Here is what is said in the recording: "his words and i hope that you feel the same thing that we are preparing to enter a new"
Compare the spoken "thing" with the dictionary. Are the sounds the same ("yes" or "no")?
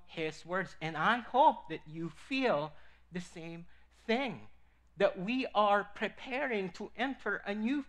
yes